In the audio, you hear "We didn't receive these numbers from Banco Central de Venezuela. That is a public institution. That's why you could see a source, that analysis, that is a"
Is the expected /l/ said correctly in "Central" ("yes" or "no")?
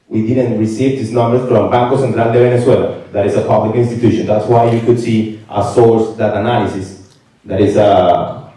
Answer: no